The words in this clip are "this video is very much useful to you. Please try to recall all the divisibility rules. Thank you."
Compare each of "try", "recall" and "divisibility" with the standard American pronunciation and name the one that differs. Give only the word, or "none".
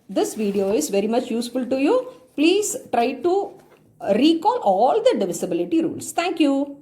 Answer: none